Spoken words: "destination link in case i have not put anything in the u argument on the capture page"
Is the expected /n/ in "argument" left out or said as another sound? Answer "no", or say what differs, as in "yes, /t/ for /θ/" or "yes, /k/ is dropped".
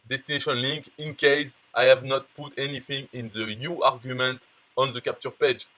no